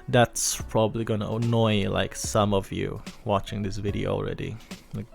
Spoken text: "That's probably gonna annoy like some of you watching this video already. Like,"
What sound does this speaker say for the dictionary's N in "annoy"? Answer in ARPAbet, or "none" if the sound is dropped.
N